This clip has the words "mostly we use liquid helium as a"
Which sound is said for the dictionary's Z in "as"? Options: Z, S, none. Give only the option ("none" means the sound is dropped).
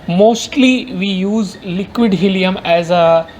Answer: Z